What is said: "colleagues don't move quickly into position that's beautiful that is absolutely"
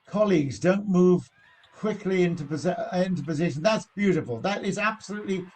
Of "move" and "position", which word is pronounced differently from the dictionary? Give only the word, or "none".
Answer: none